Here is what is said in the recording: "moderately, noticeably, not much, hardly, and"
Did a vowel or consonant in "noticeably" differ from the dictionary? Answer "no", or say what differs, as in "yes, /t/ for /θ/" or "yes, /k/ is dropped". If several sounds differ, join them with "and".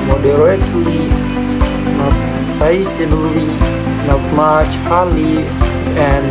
yes, /b/ is dropped